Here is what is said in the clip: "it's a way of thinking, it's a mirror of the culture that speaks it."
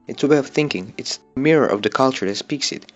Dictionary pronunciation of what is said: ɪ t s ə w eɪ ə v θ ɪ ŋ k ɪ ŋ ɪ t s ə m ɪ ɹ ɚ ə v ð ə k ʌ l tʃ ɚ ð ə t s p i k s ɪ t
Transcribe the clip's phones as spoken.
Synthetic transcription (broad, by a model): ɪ t s ə w eɪ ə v θ ɪ ŋ k ɪ ŋ ɪ t s ə m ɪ ɹ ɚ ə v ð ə k ʌ l tʃ ɚ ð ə t s p i k s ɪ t